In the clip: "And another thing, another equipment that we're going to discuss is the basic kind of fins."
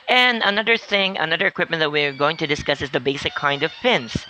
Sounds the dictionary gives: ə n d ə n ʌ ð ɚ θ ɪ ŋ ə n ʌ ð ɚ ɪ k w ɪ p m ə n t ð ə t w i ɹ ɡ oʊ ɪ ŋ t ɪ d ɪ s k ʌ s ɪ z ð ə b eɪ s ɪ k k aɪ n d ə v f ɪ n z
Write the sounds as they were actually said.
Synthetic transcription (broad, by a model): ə n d ə n ʌ ð ɚ θ ɪ ŋ ə n ʌ ð ɚ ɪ k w ɪ p m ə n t ð ə t w i ɹ ɡ oʊ ɪ ŋ t ɪ d ɪ s k ʌ s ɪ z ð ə b eɪ s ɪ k k aɪ n d ə v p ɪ n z